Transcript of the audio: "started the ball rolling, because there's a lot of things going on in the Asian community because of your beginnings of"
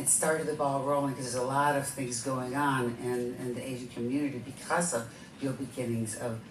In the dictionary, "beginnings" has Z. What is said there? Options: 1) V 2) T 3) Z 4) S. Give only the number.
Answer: 3